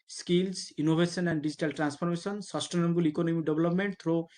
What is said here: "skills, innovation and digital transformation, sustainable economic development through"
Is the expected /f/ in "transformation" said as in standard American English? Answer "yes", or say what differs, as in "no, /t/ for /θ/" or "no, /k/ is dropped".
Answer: no, /p/ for /f/